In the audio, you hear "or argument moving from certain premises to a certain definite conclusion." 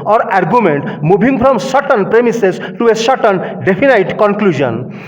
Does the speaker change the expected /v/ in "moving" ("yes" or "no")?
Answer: yes